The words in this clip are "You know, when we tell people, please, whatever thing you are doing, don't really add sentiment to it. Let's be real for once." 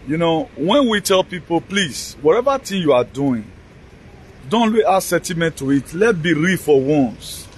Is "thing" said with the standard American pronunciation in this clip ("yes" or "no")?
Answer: no